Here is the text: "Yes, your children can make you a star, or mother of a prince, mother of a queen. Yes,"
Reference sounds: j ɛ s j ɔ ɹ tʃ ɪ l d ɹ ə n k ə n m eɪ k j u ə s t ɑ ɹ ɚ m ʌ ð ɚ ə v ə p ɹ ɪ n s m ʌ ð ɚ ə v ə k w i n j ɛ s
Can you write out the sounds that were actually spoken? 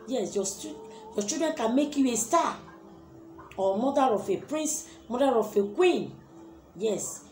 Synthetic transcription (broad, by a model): j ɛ s j ɔ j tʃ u d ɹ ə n k ə n m eɪ k j u ə s t ɑ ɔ m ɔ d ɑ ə f ə p ɹ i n s m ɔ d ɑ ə f ə k w i n j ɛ s